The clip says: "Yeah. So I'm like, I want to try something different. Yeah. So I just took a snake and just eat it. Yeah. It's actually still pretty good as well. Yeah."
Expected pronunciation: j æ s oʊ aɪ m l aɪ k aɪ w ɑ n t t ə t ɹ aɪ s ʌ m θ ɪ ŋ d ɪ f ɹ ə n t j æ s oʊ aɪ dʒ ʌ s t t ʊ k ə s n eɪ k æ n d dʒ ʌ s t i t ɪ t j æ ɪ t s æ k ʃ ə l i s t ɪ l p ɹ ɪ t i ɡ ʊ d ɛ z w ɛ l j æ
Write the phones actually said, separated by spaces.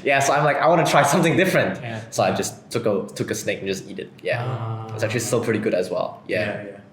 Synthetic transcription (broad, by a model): j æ s oʊ aɪ m l aɪ k aɪ w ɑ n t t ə t ɹ aɪ s ʌ m θ ɪ ŋ d ɪ f ɹ ə n t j s oʊ aɪ dʒ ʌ s t t ʊ k ə s n eɪ k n dʒ ʌ s t i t ɪ t j æ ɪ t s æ k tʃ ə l i s t ɪ l p ɹ ɪ t i ɡ ʊ d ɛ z w ɛ l j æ